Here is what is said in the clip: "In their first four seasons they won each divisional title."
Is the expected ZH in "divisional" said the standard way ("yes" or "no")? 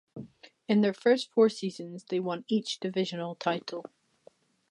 yes